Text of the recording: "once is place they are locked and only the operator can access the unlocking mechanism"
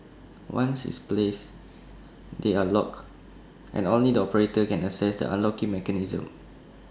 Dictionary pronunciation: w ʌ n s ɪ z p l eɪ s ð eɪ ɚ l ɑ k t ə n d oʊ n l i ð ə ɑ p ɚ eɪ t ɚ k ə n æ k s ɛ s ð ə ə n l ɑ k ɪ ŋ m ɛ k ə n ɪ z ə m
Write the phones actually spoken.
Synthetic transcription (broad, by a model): w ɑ n s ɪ s p l eɪ s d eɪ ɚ l ɑ k t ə n oʊ n l i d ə ɑ p ɚ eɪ t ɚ k ə n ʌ s ɛ s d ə ə n l ɑ k ɪ ŋ m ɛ k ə n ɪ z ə m